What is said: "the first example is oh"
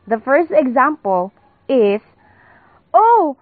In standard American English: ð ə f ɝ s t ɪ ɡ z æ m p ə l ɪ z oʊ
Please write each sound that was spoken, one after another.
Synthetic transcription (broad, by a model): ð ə f ɝ s t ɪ ɡ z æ m p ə l ɪ s oʊ